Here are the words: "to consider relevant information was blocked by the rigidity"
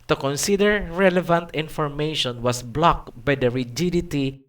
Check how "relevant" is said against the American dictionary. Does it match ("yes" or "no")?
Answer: yes